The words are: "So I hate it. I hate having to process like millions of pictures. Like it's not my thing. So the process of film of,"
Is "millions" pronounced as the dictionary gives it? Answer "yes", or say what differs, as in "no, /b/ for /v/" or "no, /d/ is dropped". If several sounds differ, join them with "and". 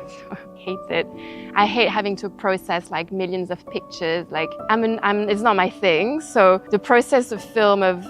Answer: yes